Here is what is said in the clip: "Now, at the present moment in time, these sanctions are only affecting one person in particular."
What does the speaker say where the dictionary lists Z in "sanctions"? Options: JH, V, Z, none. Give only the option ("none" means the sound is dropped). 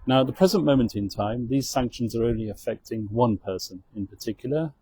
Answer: Z